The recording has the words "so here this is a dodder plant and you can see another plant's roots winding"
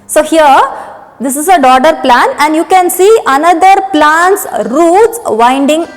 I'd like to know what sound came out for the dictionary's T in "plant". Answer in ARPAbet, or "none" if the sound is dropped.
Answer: none